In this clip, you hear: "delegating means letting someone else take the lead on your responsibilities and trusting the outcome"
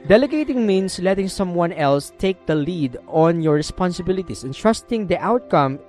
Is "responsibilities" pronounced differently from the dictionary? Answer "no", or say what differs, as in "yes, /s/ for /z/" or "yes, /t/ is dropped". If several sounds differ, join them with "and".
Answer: yes, /s/ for /z/